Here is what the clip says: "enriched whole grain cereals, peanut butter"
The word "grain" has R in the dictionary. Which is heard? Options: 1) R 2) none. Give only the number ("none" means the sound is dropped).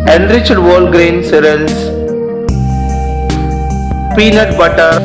1